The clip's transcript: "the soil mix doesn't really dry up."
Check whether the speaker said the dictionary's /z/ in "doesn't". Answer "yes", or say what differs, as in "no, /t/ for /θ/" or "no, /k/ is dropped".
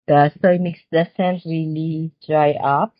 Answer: no, /s/ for /z/